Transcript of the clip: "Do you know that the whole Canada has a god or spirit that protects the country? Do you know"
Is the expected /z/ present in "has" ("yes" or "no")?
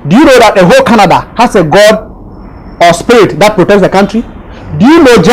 no